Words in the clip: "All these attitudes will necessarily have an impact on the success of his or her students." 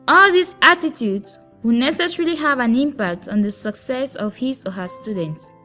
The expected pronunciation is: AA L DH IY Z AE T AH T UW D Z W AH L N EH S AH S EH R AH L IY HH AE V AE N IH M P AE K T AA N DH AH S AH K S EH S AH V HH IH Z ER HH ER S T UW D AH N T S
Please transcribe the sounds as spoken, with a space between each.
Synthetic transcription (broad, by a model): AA L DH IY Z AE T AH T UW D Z W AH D N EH S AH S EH R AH L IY HH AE V AE N IH M P AE K T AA N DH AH S AH K S EH S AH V HH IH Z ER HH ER S T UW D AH N T S